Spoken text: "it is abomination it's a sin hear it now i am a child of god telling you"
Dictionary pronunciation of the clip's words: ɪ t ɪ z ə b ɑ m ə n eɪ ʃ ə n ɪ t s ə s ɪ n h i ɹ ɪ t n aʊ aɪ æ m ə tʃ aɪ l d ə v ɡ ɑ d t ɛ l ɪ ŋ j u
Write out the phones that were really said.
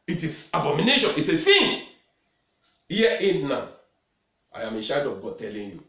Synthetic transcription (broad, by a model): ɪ t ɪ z ə b ɑ m ə n eɪ ʃ ə n ɪ t s ə θ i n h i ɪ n n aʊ aɪ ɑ m ə ʃ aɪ d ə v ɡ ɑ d t ɛ l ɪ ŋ j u